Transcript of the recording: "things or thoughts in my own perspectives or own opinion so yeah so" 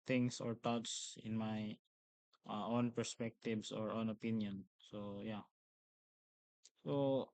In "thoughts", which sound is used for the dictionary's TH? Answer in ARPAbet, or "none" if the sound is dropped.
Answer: T